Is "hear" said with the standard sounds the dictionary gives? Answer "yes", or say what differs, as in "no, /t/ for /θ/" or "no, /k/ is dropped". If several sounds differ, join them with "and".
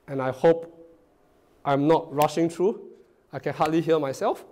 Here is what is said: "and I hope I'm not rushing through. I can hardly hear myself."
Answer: no, /l/ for /ɹ/